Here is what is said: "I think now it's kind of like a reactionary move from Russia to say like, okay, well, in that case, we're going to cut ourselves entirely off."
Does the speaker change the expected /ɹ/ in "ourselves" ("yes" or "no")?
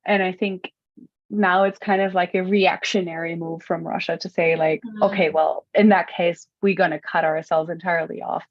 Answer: no